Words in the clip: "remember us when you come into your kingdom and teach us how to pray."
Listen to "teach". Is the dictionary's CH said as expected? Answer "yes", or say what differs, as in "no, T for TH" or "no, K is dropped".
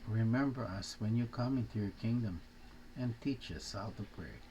yes